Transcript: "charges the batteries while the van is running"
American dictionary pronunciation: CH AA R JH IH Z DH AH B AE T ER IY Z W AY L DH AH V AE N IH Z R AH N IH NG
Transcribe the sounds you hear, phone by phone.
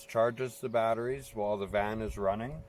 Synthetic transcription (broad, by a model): CH AA R JH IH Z DH AH B AE T ER IY Z W AY L DH AH V AE N IH Z R AH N IH NG